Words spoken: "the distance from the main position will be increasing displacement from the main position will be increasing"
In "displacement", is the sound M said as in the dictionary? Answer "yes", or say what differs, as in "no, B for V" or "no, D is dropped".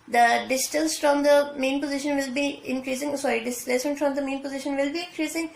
no, M is dropped